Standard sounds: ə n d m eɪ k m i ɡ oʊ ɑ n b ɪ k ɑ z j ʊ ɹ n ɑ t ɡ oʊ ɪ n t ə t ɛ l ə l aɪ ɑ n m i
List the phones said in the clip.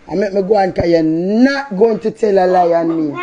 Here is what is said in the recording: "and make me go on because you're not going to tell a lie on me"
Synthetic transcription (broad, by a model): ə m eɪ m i ɡ oʊ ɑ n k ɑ j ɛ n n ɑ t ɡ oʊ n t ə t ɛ l ə l aɪ ɑ n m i